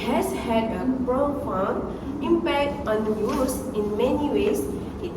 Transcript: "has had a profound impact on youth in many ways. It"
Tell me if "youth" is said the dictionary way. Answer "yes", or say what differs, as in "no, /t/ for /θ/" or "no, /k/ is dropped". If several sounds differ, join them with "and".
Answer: no, /s/ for /θ/